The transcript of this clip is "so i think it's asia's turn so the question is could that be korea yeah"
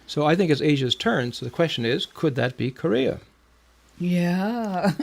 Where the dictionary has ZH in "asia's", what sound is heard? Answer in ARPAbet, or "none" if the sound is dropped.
ZH